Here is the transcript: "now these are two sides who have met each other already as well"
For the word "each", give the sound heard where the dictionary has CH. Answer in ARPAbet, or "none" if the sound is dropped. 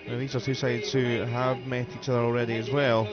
CH